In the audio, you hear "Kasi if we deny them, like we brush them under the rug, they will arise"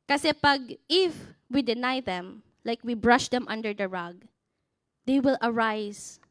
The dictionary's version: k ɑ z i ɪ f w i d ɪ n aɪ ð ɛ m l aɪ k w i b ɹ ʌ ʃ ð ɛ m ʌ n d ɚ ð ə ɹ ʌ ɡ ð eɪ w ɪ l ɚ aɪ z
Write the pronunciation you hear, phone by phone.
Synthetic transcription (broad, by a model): k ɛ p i ɪ f w i d ɪ n aɪ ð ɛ m l aɪ k w i b ɹ ʌ ʃ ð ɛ m ʌ n d ɚ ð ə ɹ ʌ ɡ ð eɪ w ɪ l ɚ aɪ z